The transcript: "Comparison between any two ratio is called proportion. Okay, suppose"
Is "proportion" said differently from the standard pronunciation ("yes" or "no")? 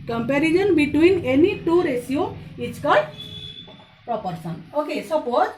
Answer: yes